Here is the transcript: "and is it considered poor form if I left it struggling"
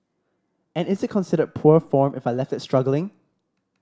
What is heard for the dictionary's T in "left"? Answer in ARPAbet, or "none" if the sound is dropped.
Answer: T